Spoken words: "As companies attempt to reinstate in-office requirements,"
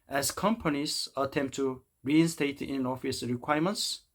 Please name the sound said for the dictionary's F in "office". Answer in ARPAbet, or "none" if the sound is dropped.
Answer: F